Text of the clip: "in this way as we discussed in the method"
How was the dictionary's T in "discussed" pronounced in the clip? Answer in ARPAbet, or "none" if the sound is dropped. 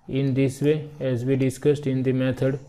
T